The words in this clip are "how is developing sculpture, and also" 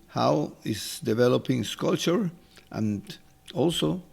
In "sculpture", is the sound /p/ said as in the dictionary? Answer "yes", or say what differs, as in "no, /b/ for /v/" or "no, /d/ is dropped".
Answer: no, /p/ is dropped